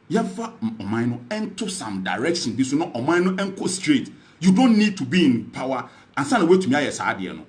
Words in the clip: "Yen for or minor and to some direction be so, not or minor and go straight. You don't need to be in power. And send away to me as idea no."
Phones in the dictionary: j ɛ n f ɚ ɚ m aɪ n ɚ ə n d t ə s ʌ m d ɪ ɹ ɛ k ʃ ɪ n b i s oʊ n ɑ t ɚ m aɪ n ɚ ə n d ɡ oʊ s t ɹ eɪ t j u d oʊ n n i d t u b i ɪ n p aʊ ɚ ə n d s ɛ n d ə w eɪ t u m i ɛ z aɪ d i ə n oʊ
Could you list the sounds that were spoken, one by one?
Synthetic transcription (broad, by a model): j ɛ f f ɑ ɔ m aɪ n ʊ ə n t ə s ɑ m d ɪ ɹ ɛ k ʃ ɪ n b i s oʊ n ɑ t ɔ m aɪ n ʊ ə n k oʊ s t ɹ eɪ t j u d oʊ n n i d t u b i ɪ n p aʊ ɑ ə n s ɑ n ə w eɪ t u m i ɛ s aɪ d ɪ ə n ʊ